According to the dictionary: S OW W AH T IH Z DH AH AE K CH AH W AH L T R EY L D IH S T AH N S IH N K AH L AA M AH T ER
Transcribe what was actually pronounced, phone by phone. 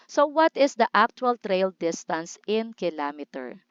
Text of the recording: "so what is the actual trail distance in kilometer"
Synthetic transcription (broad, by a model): S OW W AH T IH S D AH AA K CH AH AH L T R EY L D IH S T AH N S IH N K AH L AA M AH T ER